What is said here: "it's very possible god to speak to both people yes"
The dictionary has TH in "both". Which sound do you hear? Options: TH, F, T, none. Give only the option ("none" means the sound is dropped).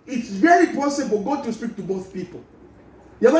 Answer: TH